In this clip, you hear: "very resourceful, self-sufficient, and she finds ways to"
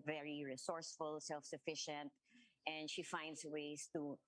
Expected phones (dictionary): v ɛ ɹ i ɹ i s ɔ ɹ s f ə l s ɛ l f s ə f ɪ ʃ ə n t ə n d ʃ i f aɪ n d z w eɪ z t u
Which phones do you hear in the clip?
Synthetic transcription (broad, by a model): v ɛ ɹ i ɹ i s ɔ ɹ s f ə l s ɛ l f s ə f ɪ ʃ ə n t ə n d ʃ i f aɪ n d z w eɪ s t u